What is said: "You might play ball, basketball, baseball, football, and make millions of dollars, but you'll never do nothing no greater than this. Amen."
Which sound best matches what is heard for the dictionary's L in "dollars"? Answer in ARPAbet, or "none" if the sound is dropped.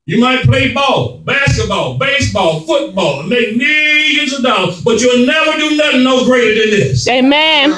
none